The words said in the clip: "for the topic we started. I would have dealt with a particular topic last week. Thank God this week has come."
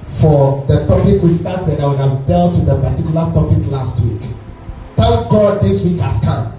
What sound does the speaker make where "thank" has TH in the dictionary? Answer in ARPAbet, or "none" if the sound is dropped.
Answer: T